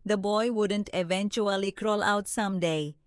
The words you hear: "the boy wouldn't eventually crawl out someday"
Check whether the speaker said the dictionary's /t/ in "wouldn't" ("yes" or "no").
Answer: yes